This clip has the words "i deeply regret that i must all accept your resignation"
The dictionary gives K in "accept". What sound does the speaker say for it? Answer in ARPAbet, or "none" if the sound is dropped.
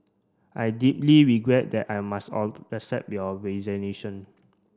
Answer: none